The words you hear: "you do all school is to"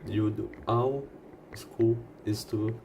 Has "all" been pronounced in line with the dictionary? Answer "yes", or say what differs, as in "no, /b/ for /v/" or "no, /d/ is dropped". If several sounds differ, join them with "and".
no, /w/ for /l/